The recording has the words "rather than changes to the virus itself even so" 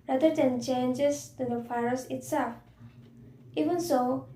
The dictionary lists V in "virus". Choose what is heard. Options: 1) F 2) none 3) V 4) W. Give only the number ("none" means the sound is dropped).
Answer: 1